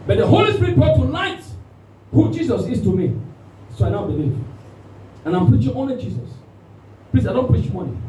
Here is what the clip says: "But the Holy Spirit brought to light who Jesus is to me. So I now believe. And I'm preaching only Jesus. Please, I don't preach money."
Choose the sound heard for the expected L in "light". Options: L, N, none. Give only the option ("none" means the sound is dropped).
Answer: N